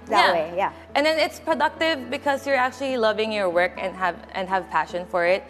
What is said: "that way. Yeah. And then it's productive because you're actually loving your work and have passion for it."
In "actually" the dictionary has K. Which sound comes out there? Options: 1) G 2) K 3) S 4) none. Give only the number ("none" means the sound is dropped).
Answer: 2